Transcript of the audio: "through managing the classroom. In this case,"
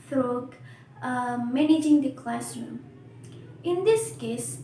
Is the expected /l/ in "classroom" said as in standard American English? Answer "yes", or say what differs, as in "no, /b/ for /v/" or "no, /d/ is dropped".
yes